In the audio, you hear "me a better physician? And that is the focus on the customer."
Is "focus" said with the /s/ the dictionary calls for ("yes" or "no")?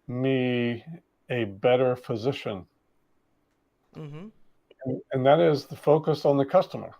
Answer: yes